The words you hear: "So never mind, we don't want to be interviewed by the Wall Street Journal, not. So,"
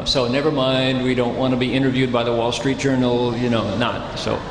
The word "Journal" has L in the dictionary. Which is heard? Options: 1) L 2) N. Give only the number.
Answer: 2